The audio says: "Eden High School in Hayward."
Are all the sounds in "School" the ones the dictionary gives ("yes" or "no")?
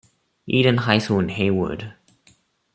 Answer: no